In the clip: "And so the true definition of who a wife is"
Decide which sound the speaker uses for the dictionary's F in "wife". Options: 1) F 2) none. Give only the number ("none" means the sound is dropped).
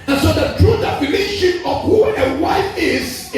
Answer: 2